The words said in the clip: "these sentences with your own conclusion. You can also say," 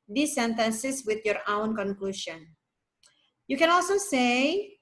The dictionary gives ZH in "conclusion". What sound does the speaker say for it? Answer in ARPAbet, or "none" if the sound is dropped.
SH